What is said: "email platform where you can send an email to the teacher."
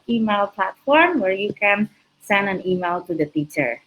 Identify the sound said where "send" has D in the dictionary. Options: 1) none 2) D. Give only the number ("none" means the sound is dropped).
2